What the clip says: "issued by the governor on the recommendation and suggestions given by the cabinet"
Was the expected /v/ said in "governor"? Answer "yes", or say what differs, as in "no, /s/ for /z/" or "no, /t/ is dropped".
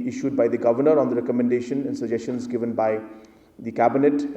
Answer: yes